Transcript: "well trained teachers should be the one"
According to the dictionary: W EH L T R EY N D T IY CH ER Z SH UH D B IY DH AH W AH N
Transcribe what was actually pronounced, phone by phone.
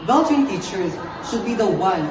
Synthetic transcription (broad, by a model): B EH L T EY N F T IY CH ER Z SH UH D B IY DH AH W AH N